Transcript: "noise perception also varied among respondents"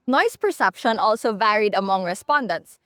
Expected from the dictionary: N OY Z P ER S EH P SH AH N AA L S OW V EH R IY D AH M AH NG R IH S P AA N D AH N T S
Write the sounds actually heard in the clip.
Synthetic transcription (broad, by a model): N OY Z P ER S EH P SH AH N AA L S OW V EH R IY D AH M AH NG R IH S P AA N D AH N T S